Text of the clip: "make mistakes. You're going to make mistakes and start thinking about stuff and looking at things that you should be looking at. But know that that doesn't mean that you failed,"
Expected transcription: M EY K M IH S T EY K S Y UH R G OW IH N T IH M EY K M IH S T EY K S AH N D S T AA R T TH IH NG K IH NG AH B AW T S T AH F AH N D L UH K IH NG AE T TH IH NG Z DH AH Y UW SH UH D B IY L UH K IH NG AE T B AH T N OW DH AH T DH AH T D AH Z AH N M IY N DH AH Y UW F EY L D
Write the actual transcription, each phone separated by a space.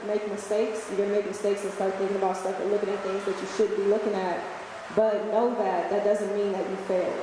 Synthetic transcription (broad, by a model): M EY K M IH S T EY K S Y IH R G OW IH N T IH M EY K M IH S T EY K S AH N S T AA R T TH IH NG K IH NG AH B AW T S T AH F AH L UH K IH NG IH T TH IH NG Z DH AH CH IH SH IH D B IY L UH K IH NG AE T B AH T N OW DH AH T DH AH T D AH Z AH N M IY N DH AH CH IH F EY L